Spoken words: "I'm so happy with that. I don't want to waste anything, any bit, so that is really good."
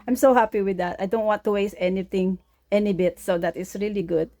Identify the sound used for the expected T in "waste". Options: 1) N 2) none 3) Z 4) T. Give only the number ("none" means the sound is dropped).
2